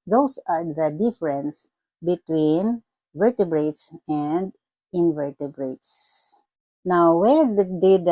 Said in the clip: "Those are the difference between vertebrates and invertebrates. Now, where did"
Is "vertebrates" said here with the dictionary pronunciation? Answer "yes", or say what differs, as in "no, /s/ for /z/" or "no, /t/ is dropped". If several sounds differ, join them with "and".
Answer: yes